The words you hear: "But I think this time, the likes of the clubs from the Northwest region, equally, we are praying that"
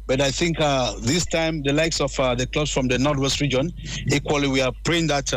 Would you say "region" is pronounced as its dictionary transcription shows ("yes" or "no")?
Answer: yes